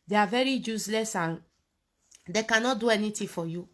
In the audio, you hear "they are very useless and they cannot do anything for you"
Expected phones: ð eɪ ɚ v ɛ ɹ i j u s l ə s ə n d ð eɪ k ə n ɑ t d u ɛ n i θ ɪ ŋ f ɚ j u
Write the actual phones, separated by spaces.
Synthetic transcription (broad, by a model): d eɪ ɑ v ɛ ɹ i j u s l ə s ə n d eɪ k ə n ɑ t d u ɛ n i t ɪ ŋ f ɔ j u